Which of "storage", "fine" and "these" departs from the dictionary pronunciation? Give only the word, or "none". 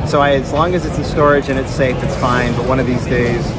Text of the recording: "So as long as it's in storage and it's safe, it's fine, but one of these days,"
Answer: none